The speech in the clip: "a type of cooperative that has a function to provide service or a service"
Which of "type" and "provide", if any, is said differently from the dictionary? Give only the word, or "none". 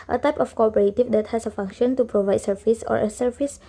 none